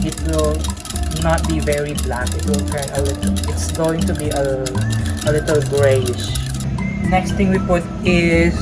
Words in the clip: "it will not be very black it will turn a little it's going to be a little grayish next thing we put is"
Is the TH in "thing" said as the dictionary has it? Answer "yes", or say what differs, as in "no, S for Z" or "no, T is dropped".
no, T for TH